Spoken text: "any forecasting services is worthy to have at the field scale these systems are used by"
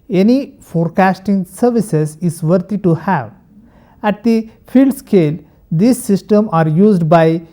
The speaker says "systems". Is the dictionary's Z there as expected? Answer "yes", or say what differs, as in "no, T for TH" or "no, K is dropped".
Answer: no, Z is dropped